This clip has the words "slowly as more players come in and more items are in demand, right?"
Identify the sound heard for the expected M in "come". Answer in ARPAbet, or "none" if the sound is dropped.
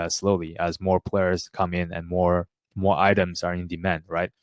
M